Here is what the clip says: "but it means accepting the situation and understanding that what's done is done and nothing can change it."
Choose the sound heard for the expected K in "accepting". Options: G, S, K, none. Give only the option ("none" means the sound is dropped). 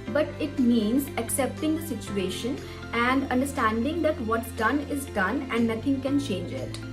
K